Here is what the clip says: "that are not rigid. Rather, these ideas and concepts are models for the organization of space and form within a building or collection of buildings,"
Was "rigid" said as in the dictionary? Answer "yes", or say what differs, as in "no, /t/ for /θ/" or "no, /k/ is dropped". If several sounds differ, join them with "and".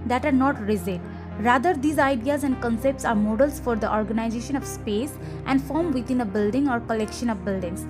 no, /z/ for /dʒ/